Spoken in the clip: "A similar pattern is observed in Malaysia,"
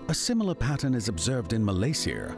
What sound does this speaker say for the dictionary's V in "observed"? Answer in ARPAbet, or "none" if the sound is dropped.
V